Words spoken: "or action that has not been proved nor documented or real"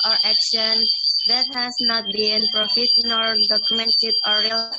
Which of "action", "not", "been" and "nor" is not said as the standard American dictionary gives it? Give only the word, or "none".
nor